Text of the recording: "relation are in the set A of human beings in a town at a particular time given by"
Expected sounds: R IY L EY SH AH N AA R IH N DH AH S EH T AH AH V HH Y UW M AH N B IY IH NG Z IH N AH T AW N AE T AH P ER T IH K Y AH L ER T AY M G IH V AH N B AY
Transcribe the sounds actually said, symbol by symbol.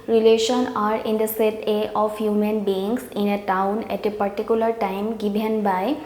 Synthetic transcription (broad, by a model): R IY L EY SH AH N AA R IH N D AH S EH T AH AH F HH Y UW M AH N B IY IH NG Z IH N AH T AW N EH T AH P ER T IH K Y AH L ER T AY M G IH B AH N B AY